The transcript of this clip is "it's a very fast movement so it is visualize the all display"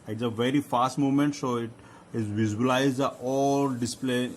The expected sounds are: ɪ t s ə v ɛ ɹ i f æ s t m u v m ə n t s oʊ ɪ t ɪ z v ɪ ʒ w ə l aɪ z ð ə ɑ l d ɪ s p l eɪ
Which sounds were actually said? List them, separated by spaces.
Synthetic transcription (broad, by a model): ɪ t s ə v ɛ ɹ i f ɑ s t m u m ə n t s oʊ ɪ t ɪ z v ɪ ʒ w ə l aɪ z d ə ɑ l d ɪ s p l eɪ